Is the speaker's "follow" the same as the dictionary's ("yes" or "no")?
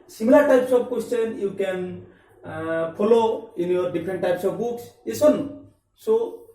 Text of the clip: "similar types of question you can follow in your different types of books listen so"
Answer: no